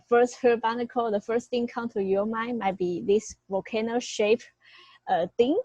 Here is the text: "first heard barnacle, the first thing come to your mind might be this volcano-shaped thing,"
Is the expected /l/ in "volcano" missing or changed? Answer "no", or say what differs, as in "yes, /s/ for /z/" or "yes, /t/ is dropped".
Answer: yes, /l/ is dropped